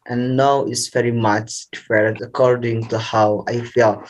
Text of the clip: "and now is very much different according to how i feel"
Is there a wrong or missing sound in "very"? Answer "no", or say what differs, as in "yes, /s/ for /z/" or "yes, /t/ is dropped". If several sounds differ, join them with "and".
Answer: no